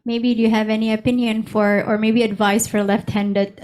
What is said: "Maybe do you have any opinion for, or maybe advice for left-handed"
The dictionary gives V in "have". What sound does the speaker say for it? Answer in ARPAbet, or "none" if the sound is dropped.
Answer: V